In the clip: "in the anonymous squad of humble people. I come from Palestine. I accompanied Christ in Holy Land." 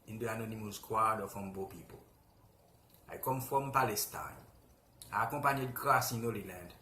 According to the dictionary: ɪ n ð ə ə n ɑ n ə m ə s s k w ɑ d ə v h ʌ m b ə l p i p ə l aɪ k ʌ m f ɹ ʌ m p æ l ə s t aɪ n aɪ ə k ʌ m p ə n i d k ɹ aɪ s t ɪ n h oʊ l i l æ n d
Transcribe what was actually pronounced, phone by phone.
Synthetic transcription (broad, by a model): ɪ n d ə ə n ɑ n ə m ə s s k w ɑ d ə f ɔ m b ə p i p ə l aɪ k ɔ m f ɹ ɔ m p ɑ l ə s t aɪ n aɪ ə k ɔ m p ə n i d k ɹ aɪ s ɪ n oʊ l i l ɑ n d